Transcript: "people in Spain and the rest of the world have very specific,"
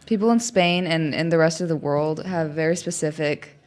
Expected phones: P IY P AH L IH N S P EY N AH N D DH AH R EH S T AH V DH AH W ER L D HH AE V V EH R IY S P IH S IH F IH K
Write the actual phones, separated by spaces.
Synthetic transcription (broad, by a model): P IY P L IH N S P EY N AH N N DH AH R EH S T AH V DH AH W ER L D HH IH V V EH R IY S P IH S IH F IH K